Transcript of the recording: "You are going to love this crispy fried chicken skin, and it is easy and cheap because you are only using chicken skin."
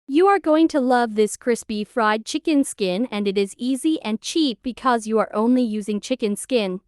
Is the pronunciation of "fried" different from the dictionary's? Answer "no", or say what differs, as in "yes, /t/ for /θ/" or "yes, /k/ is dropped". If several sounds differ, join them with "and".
no